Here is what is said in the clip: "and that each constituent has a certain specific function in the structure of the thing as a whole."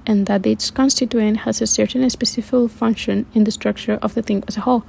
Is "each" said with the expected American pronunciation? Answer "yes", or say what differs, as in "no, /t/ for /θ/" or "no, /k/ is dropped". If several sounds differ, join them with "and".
no, /s/ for /tʃ/